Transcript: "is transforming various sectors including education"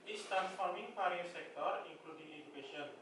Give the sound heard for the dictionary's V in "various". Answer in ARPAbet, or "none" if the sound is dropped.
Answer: P